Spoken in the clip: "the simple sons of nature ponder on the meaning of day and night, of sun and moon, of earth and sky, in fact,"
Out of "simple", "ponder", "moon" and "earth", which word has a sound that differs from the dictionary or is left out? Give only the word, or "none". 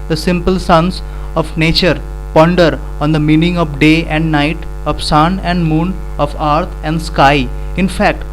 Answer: earth